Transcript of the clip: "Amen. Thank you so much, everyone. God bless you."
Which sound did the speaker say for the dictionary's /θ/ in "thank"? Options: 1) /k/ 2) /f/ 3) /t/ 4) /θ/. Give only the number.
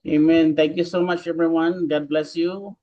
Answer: 3